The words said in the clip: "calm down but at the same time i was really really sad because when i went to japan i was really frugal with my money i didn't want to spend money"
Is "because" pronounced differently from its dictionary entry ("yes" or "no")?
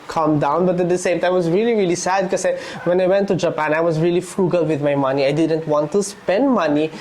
yes